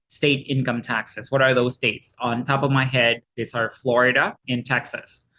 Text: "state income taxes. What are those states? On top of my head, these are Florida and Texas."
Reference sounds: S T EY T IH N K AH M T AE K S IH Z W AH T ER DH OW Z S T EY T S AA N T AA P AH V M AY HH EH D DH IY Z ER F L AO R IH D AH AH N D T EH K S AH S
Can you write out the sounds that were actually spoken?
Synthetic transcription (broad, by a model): S T EY T IH N K AH M T AE K S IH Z W AH T ER DH OW Z S T EY T S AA N T AA P AH V M AY HH EH D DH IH S ER F L AO R IH D AH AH N T EH K S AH S